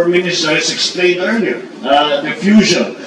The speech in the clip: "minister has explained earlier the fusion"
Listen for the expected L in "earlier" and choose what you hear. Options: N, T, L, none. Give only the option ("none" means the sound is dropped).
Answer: N